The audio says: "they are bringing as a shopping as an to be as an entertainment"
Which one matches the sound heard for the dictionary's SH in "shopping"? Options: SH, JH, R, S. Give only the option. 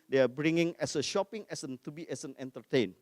SH